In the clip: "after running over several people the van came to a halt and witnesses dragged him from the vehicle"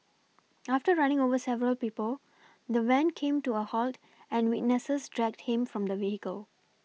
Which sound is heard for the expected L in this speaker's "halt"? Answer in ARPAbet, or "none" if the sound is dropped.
L